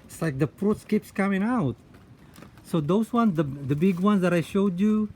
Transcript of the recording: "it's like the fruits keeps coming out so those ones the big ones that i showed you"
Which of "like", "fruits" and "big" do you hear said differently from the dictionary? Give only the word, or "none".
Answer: fruits